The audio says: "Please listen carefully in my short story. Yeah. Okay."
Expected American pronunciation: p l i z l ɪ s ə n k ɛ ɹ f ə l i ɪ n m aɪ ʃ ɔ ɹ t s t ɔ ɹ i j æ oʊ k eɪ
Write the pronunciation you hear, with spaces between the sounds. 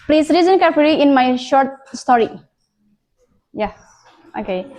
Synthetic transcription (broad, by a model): p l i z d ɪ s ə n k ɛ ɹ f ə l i ɪ n m aɪ ʃ ɔ ɹ t s t ɔ ɹ i j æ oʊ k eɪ